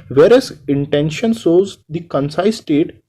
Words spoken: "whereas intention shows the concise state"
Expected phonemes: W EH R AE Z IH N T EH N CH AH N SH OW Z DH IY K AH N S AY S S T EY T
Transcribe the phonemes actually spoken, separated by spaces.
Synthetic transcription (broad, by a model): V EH R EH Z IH N T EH N SH AH N S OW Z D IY K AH N S AY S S T EY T